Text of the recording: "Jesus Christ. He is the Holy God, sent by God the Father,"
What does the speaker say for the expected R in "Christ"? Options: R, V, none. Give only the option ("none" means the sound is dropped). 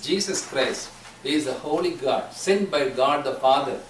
R